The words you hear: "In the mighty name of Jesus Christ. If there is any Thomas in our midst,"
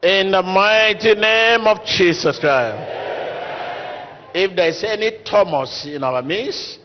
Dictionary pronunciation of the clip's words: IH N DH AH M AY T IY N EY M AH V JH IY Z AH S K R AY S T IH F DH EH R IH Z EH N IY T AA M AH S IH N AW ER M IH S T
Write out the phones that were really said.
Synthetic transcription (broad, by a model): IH N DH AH M AY T IY N EY M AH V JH IY S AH S K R AY S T IH F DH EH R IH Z EH N IY T AA M AH S IH N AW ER M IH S